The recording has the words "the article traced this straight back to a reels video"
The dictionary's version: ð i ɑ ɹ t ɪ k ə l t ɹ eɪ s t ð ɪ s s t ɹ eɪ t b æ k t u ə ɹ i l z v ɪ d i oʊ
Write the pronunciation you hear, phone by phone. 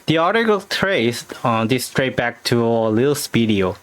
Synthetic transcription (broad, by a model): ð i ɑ ɹ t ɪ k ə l t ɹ eɪ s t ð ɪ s s t ɹ eɪ t b æ k t u ə l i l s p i d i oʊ